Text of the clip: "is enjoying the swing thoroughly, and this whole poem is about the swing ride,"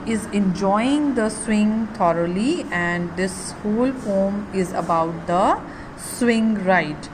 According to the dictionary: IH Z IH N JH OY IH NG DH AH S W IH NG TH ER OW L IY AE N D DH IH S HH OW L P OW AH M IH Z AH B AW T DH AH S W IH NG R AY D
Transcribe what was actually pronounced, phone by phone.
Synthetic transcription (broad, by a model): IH Z IH N JH OY IH NG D AH S W IH NG T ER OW L IY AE N D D IH S HH OW L F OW M IH Z AH B AW T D AH S W IH NG R AY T